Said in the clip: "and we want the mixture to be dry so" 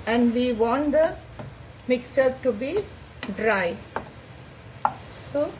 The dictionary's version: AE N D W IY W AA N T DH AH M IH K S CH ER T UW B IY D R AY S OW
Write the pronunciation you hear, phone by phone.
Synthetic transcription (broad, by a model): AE N D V IY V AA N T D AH M IH K S CH ER T UW B IY D R AY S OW